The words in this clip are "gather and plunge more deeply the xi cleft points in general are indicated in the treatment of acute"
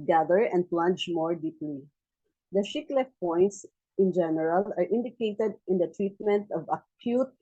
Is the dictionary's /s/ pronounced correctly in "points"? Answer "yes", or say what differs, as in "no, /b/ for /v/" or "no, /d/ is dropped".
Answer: yes